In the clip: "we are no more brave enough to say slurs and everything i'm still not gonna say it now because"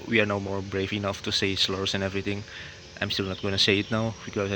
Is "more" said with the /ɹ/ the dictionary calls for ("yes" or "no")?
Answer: yes